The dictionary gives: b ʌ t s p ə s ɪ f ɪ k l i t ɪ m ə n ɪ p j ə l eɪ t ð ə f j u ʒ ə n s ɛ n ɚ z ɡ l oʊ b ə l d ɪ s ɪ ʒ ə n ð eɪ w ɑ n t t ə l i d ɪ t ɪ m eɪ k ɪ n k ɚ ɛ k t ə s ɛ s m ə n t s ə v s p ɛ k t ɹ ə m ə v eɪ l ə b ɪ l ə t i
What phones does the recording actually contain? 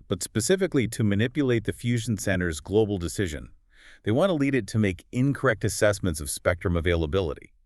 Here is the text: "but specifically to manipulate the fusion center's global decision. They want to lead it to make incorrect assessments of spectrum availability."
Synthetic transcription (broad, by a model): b ʌ t s p ə s ɪ f ɪ k l i t ɪ m ə n ɪ p j ə l eɪ t ð ə f j u ʒ n s ɛ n ɚ z ɡ l oʊ b l d ɪ s ɪ ʒ ə n ð eɪ w ɑ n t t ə l i d ɪ t ɪ m eɪ k ɪ n k ɚ ɛ k t ə s ɛ s m ə n t s ə v s p ɛ k t ɹ ə m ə v eɪ l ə b ɪ l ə t i